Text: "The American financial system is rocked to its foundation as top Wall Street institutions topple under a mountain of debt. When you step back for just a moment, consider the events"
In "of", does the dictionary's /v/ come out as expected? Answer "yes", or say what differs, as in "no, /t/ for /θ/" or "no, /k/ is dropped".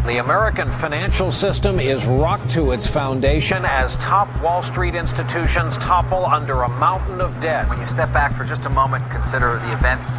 yes